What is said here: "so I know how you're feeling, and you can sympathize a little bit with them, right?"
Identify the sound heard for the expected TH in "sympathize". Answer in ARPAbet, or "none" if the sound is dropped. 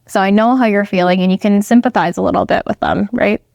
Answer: TH